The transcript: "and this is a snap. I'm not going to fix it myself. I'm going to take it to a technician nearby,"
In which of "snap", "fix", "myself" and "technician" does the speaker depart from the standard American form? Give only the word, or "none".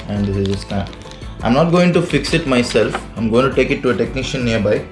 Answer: snap